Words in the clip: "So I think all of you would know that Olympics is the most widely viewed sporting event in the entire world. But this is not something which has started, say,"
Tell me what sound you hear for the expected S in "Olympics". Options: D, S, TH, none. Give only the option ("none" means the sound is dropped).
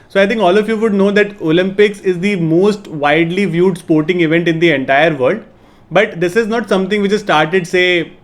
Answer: S